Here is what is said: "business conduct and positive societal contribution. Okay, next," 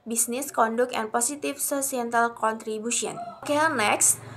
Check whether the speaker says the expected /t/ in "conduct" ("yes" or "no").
no